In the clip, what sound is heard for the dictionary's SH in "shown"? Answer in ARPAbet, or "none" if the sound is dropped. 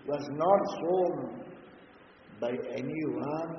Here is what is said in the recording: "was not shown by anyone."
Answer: S